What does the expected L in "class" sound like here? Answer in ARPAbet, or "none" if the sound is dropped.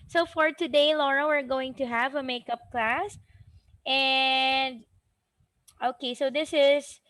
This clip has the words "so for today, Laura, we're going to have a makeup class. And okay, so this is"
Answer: L